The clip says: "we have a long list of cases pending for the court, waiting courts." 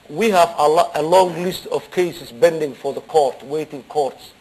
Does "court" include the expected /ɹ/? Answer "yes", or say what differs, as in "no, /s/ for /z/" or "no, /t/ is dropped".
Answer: yes